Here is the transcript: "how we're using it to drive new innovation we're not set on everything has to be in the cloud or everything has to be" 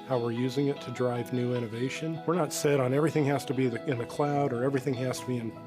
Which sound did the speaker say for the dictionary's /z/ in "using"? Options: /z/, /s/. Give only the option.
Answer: /z/